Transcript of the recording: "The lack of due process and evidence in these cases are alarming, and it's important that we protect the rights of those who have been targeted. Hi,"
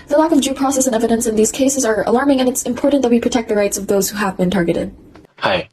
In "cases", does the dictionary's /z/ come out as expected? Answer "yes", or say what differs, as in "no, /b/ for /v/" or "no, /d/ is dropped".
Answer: yes